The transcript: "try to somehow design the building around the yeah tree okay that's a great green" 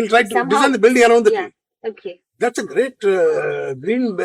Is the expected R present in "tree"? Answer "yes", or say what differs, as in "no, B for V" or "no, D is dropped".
no, R is dropped